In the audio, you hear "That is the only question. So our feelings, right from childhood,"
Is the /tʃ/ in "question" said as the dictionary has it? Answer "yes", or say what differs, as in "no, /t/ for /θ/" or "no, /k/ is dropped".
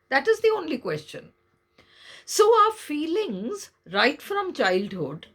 yes